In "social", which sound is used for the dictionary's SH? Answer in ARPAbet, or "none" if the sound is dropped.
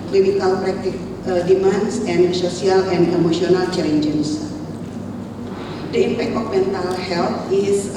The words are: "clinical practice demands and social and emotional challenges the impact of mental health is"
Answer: S